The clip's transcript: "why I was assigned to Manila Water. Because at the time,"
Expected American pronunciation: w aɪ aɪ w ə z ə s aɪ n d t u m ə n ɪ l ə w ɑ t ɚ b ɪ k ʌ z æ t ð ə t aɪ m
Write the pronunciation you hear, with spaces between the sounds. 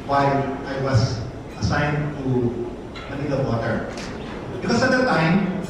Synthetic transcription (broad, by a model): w aɪ aɪ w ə s ə s aɪ n d t u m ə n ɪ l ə w ɑ t ɚ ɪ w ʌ s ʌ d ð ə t aɪ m